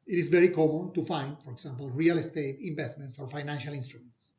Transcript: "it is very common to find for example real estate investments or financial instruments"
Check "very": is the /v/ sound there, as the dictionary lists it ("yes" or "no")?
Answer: yes